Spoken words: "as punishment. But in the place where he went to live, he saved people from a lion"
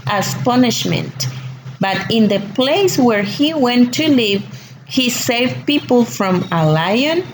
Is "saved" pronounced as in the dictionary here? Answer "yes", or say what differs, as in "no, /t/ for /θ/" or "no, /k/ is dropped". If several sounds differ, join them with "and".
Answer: yes